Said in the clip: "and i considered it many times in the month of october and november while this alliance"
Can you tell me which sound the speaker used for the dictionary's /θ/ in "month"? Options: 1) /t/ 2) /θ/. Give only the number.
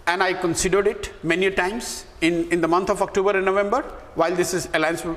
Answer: 1